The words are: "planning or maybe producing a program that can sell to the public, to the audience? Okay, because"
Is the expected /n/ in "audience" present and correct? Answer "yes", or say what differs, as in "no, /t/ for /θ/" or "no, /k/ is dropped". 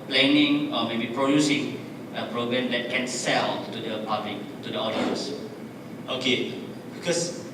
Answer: no, /n/ is dropped